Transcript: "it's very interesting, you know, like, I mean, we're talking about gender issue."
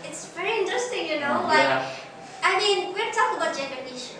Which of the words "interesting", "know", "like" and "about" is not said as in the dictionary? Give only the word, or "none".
like